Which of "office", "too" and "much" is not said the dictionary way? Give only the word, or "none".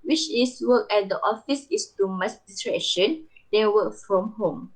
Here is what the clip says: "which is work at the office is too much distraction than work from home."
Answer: much